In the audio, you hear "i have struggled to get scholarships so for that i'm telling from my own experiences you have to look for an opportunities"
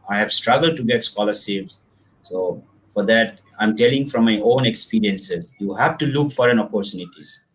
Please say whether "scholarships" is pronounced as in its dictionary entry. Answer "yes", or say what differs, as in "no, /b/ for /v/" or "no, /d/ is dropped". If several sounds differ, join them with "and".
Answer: no, /s/ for /ʃ/